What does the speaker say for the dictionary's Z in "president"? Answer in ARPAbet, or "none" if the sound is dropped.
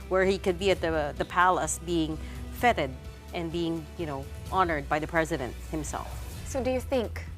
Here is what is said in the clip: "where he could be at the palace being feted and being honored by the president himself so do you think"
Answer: Z